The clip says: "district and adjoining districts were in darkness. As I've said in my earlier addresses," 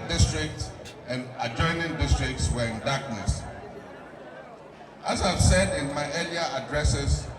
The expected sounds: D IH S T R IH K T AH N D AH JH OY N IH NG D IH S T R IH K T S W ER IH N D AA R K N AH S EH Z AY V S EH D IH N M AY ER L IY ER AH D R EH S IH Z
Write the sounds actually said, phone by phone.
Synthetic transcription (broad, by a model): D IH S T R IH K T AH N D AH JH OY N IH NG D IH S T R IH K T S W ER IH N D AA K N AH S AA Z AY V S EH D IH N M AY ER L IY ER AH D R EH S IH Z